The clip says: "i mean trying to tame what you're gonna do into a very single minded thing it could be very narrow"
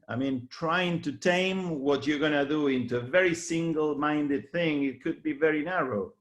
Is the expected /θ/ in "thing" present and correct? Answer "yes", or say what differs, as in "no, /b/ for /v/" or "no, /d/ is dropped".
yes